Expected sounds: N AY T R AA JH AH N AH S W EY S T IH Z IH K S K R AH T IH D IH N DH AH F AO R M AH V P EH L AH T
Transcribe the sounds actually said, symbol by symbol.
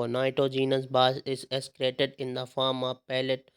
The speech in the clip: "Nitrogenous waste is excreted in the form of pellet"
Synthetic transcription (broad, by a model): N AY T R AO JH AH N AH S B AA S IH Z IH S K R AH T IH D IH N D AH F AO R M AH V P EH L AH T